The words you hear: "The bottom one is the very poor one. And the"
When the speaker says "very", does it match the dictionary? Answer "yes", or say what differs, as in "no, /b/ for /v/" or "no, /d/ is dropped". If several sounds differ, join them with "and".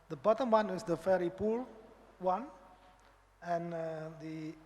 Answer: no, /f/ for /v/